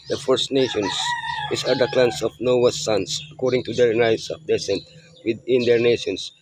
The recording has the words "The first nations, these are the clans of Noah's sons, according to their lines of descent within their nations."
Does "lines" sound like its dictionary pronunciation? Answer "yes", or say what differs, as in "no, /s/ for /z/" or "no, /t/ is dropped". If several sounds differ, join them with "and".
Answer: no, /n/ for /l/